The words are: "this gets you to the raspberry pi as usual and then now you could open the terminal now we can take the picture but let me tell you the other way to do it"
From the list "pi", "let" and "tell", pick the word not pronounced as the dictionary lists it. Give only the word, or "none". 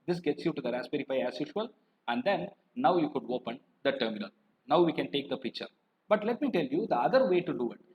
pi